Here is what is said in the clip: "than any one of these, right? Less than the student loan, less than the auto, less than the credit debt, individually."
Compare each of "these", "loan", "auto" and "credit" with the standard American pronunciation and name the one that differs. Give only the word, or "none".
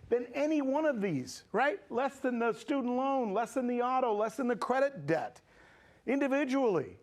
none